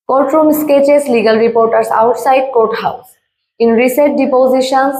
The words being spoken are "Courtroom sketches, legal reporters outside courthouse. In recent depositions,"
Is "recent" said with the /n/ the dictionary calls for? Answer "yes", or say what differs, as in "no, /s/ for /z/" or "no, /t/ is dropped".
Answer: no, /n/ is dropped